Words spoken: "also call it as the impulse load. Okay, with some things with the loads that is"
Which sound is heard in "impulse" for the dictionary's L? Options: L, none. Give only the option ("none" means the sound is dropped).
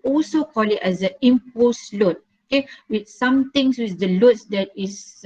none